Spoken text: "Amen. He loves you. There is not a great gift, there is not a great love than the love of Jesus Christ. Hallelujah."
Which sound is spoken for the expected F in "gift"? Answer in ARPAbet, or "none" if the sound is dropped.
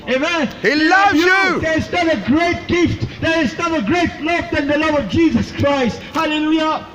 F